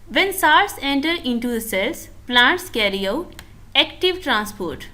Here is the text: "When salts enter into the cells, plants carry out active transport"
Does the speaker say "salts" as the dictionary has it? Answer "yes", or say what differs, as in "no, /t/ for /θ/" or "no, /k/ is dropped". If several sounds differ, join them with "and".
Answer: no, /l/ is dropped